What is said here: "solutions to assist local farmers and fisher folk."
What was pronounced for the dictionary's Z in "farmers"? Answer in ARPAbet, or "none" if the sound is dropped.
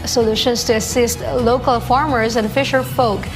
Z